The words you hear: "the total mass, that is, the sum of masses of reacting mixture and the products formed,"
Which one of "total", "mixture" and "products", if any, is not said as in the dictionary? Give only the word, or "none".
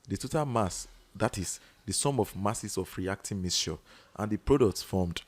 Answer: mixture